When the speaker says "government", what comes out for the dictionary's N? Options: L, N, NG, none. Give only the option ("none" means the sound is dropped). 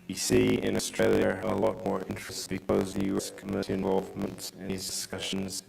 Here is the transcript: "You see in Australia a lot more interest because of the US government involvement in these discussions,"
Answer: none